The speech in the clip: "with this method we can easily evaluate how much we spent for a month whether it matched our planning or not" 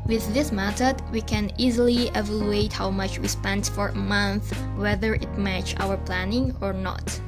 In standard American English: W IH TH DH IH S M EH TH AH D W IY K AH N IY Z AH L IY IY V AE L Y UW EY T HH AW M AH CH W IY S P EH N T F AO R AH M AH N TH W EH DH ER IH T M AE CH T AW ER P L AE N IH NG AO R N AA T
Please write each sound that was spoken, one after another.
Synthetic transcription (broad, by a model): W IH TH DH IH S M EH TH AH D W IY K AH N IY Z AH L IY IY V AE L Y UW EY T HH AW M AH CH W IY S P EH N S F AO R AH M AH N TH W EH DH ER IH T M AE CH AW ER P L AE N IH NG AO R N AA T